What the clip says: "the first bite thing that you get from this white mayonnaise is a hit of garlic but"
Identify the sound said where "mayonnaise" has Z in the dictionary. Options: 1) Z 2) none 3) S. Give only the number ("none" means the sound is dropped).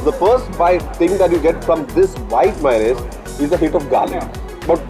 3